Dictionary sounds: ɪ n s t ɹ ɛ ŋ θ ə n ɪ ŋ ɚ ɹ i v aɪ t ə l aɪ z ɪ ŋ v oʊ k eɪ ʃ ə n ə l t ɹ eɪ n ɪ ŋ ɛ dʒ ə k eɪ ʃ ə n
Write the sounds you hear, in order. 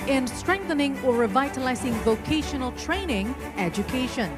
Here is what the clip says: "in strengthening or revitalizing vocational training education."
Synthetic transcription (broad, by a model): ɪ n s t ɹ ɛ ŋ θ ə n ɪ ŋ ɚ ɹ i v aɪ t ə l aɪ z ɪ ŋ v oʊ k eɪ ʃ ə n ə l t ɹ eɪ n ɪ ŋ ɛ dʒ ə k eɪ ʃ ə n